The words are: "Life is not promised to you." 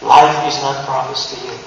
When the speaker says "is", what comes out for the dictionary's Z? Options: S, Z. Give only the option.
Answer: Z